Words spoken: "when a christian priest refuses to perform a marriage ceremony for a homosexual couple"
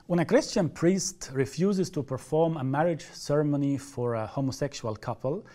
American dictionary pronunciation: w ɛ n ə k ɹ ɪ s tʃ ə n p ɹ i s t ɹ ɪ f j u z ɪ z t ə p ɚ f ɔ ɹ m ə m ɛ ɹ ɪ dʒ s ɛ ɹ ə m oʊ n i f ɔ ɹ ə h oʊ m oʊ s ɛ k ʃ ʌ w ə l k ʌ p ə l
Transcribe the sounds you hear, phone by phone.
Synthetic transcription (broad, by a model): w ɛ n ə k ɹ ɪ s tʃ ə n p ɹ i s t ɹ ɪ f j u z ɪ z t ə p ɚ f ɔ ɹ m ə m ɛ ɹ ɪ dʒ s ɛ ɹ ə m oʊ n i f ɔ ɹ ə h oʊ m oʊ s ɛ k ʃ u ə l k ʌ p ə l